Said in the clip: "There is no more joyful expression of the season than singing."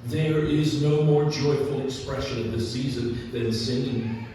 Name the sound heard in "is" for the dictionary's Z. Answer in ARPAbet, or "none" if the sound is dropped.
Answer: Z